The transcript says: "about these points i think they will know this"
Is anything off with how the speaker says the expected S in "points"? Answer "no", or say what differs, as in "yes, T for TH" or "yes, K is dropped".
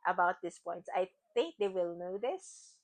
yes, S is dropped